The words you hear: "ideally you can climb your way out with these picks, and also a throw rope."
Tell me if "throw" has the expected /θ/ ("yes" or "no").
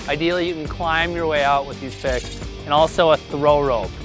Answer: yes